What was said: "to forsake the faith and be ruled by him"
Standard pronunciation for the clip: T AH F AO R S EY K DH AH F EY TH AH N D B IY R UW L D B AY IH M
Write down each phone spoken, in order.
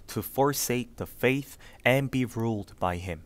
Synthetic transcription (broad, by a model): T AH F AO R S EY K DH AH F EY TH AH N B IY R UW L D B AY IH M